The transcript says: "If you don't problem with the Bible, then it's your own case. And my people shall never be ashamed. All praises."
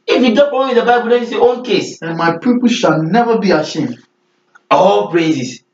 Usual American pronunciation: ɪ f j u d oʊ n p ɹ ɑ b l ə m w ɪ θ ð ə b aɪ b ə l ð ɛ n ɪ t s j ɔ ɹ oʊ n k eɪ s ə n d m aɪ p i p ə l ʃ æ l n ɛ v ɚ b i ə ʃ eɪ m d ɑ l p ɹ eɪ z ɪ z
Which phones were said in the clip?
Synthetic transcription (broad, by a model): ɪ f j u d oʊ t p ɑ l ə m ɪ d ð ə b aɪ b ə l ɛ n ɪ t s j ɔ oʊ n k eɪ s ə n m aɪ p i p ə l ʃ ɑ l n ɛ v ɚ b i ə ʃ eɪ m d ɑ l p ɹ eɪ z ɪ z